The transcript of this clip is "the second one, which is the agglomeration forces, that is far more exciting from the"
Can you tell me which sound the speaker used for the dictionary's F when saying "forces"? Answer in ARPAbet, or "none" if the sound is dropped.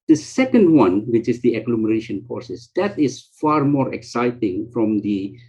P